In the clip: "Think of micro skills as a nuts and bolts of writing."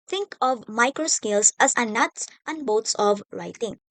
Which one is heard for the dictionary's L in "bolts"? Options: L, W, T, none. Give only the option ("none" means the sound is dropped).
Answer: W